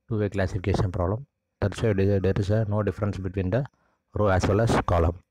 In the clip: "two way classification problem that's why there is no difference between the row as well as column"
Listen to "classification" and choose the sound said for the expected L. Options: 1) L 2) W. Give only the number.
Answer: 1